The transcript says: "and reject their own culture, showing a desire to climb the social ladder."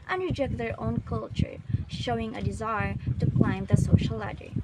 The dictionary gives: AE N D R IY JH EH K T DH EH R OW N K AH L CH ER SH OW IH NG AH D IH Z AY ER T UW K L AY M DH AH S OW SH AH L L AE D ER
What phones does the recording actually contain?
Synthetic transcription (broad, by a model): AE N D R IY JH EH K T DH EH R OW N K AH L CH ER SH OW IH NG AH D IH Z AY ER T UW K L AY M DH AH S OW SH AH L L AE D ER